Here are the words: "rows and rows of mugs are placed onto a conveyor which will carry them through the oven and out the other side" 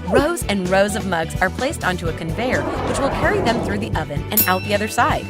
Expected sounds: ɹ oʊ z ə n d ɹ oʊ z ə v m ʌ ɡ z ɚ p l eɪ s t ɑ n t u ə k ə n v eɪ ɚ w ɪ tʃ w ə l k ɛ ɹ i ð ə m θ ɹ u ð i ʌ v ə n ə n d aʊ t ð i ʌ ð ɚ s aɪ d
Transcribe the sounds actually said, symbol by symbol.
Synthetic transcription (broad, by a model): ɹ oʊ z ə n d ɹ oʊ z ə v m ʌ ɡ z ɚ p l eɪ s t ɑ n t u ə k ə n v eɪ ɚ w ɪ tʃ w ə l k ɛ ɹ i ð ə m θ ɹ u ð i ʌ v ə n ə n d aʊ t ð i ʌ ð ɚ s aɪ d